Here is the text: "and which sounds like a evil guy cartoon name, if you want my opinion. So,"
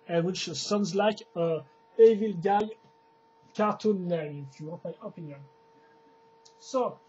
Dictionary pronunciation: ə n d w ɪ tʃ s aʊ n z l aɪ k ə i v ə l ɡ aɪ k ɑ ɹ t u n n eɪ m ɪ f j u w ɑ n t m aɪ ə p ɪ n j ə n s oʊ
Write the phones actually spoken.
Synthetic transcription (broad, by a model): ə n w ɪ tʃ s aʊ n z l aɪ k ə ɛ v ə l ɡ aɪ k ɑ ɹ t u n l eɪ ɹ ɪ f j u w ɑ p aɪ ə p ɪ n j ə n s oʊ